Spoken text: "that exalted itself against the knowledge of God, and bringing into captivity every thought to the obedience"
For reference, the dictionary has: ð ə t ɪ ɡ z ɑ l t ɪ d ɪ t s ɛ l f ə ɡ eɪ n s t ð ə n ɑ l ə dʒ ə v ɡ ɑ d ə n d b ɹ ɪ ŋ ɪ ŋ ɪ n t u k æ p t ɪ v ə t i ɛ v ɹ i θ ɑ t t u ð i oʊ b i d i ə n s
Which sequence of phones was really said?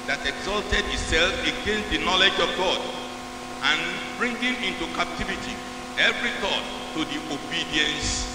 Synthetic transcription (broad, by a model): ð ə t ɪ ɡ z ɑ l t ɪ d ɪ t s ɛ l f ə ɡ eɪ n s t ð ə n ɑ l ə dʒ ə v ɡ ɑ d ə n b ɹ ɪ ŋ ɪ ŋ ɪ n t u k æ p t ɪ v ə t i ɛ v ɹ i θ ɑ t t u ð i oʊ b i d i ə n s